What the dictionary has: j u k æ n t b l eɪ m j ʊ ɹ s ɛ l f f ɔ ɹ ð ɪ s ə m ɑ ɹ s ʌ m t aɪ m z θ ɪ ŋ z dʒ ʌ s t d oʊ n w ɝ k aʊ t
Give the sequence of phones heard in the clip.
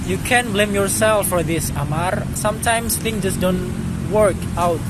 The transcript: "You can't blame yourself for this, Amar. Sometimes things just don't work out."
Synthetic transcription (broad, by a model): j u k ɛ n b l eɪ m j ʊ ɹ s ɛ l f f ɔ ɹ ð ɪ s ə m ɑ ɹ s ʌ m t aɪ m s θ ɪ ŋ dʒ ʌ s d oʊ n w ɝ k aʊ t